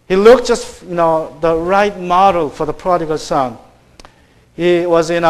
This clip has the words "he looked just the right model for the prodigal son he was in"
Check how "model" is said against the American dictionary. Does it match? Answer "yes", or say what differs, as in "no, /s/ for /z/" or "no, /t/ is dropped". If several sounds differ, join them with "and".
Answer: yes